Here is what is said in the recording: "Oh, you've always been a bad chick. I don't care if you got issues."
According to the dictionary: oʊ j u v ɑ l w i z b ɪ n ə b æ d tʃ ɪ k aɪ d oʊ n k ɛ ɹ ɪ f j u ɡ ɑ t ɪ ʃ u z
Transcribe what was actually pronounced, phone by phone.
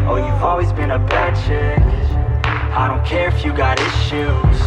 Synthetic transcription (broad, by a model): oʊ j u v ɑ l w i z b ɪ n ə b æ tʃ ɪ aɪ d oʊ n k ɛ ɹ ɪ f j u ɡ ɑ t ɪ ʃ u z